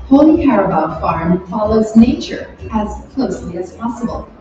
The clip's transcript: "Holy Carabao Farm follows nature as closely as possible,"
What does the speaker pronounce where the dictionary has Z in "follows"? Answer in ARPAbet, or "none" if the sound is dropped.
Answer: Z